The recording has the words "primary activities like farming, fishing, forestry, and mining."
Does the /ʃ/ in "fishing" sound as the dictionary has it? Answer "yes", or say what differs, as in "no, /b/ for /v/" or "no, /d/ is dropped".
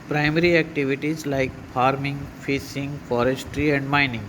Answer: no, /s/ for /ʃ/